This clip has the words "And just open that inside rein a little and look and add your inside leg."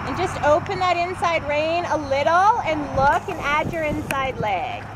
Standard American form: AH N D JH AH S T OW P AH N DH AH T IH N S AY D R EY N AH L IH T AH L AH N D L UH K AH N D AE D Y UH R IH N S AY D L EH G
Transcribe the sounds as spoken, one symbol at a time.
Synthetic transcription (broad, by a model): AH N JH AH S T OW P AH N DH AH T IH N S AY D R EY N AH L IH T L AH N L UH K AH N AE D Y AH R IH N S AY D L EH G